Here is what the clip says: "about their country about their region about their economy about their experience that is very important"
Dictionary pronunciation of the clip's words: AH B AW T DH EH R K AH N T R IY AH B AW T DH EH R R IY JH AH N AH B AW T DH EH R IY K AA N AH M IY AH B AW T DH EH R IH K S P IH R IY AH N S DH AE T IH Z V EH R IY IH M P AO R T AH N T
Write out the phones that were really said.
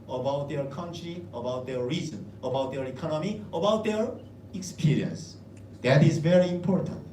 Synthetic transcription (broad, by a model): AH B AW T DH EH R K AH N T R IY AH B AW T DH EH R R IY Z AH N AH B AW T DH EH R IY K AA N AH M IY AH B AW T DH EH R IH K S P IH R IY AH N S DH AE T IH Z V EH R IY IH M P AO R T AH N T